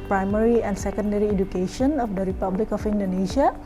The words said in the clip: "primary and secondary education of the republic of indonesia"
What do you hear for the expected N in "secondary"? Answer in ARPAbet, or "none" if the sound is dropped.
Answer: N